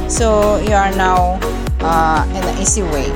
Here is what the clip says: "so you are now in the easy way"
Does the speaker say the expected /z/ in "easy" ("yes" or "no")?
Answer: no